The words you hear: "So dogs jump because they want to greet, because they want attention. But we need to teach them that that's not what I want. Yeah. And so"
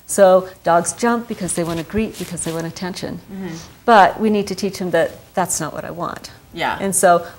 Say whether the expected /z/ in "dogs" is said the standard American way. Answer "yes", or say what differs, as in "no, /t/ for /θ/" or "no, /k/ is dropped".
yes